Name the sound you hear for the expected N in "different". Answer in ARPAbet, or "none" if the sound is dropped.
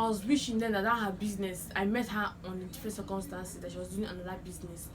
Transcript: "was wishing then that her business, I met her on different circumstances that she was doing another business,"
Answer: none